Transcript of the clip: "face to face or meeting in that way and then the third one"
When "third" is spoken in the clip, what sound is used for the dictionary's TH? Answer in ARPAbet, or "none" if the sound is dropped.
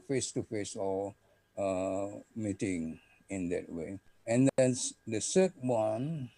S